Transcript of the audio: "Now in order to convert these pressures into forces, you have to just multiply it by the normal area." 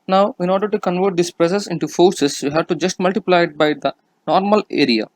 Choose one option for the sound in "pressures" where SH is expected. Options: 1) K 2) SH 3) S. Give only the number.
3